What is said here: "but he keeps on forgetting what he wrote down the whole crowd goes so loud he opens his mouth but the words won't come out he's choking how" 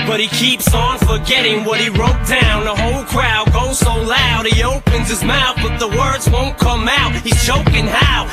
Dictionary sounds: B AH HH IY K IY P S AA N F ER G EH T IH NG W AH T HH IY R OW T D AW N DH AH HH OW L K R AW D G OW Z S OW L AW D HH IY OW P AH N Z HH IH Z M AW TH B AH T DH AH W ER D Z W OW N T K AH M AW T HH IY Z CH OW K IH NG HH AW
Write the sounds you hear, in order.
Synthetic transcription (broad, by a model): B AH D IY K IY P S N F ER G EH T IH NG W AH T HH IY R OW T D AW N DH AH HH OW L K R AW D G OW Z S OW L AW D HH IY OW P AH N Z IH Z M AW TH B AH T DH AH W ER D Z W OW N K AH M AW T HH IY Z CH OW K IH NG HH AW